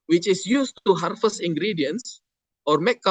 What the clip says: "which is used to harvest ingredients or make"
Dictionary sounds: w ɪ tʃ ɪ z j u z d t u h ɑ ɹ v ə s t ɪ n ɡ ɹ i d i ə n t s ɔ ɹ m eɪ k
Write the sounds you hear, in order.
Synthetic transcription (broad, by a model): w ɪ tʃ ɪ s j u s t u h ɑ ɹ f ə s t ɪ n ɡ ɹ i d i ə n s ɔ ɹ m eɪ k